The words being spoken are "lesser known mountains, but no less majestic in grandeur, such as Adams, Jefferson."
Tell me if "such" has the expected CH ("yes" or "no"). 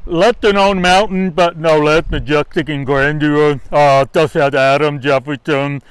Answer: no